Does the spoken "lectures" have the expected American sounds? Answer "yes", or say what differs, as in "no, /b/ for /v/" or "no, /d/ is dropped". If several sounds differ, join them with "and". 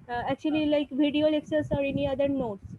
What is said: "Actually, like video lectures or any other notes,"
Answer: no, /s/ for /tʃ/ and /s/ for /z/